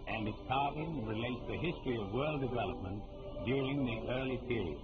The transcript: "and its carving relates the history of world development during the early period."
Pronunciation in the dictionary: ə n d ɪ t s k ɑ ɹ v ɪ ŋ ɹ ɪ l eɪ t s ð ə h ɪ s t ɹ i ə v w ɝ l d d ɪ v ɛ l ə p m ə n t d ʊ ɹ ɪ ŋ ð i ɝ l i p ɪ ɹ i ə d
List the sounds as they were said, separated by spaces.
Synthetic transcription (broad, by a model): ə n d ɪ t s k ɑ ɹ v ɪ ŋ ɹ ɪ l eɪ t s ð ə h ɪ s t ɹ i ə v w ɝ l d d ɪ v ɛ l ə p m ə n d ʊ ɹ ɪ ŋ ð i ɝ l i p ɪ ɹ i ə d